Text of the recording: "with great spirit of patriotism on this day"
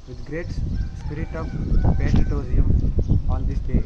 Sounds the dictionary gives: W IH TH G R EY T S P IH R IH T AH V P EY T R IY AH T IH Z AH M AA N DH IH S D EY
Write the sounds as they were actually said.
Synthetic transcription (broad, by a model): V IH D G R EY T S P IH R IH T AH V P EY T IY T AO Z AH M AA N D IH S D EY